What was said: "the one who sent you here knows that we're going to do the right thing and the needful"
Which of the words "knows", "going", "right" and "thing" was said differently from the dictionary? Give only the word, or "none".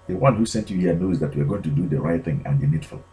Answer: none